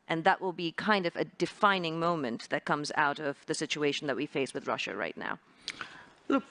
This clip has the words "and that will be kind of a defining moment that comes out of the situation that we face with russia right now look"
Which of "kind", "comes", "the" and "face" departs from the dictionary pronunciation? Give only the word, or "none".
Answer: none